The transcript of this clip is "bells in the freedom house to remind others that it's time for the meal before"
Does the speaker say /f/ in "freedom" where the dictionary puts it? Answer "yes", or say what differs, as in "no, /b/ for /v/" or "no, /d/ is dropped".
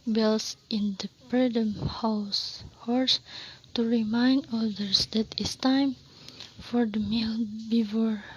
no, /p/ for /f/